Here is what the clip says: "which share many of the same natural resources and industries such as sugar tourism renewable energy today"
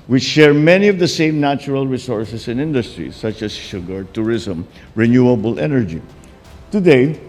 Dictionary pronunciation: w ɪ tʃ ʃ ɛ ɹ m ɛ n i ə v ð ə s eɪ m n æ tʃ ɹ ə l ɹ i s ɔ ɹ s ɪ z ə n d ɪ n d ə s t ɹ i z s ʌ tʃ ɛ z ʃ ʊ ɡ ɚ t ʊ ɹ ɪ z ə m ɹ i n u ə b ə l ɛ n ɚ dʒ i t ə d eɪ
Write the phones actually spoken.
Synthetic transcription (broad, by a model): w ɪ tʃ ʃ ɛ ɹ m ɛ n i ə v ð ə s eɪ m n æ tʃ ɹ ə l ɹ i s ɔ ɹ s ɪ s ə n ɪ n d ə s t ɹ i s ʌ tʃ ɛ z ʃ ʊ ɡ ɚ t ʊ ɹ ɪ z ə m ɹ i n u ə b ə l ɛ n ɚ dʒ i t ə d eɪ